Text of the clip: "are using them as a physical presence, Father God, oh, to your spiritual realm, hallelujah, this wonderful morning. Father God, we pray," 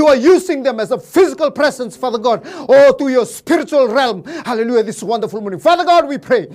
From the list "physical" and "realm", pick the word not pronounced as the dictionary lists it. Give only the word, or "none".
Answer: none